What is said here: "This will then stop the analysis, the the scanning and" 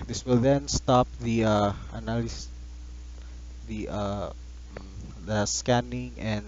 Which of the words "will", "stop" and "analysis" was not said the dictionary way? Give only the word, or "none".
analysis